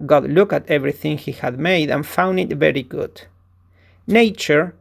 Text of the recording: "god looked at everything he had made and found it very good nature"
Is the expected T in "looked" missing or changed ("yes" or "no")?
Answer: yes